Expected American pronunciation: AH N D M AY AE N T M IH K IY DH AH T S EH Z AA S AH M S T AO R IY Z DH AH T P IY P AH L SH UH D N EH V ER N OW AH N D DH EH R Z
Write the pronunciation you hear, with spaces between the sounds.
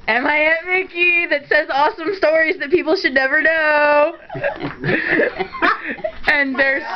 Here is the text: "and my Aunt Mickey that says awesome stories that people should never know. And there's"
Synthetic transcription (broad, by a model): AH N M AY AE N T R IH K IY DH AH T S EH Z AA S AH M S T AO R IY Z DH AH T P IY P L SH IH D N EH V ER N OW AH N DH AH R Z